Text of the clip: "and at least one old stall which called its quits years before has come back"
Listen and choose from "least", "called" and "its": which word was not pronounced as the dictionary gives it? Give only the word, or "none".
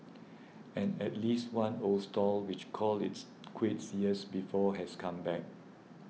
called